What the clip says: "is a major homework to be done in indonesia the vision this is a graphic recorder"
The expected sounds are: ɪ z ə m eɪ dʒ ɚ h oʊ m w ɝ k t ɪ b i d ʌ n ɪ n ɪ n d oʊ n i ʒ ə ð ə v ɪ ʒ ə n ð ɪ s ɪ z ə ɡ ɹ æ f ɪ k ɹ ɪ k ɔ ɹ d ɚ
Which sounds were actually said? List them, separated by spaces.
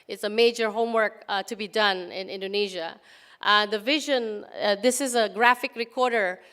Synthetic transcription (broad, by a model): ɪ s ə m eɪ dʒ ɚ h oʊ m w ɝ k t ɪ b i d ʌ n ɪ n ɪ n d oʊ n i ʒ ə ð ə v ɪ ʒ ə n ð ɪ s ɪ z ə ɡ ɹ æ f ɪ k ɹ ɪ k ɔ ɹ d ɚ